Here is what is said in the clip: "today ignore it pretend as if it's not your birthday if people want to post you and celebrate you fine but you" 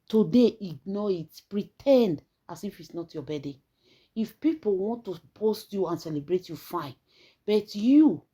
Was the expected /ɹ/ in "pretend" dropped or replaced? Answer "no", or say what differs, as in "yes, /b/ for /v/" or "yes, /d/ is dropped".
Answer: no